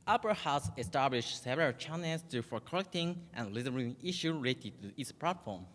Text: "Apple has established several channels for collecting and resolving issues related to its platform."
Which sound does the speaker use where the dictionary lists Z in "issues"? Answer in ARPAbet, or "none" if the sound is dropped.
none